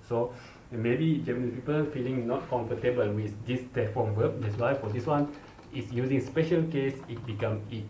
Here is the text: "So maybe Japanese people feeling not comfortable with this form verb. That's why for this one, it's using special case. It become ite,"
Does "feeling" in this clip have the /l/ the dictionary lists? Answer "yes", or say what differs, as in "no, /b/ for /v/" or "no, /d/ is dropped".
yes